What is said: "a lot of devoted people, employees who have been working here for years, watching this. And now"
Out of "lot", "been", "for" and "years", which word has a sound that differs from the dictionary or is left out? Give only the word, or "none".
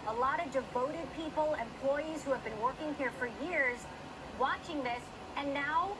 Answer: none